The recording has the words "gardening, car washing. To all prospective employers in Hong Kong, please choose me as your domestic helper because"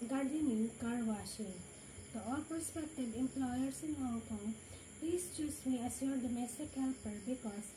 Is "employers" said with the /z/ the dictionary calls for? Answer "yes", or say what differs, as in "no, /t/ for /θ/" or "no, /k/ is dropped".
no, /s/ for /z/